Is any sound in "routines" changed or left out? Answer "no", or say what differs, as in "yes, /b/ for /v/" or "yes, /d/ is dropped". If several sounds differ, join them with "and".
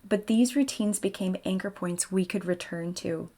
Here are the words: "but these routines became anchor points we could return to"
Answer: no